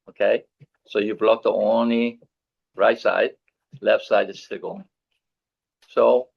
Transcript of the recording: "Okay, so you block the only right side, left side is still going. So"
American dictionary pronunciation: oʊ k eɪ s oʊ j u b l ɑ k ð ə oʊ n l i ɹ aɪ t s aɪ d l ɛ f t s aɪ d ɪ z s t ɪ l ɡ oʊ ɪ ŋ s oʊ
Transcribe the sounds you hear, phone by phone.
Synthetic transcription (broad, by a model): oʊ k eɪ s oʊ j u b l ɑ k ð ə oʊ n l i ɹ aɪ t s aɪ d l ɛ f t s aɪ d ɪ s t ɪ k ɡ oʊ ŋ s oʊ